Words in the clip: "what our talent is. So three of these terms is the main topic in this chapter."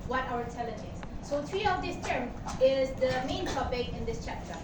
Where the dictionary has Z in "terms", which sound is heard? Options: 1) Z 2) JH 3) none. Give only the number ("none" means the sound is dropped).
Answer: 3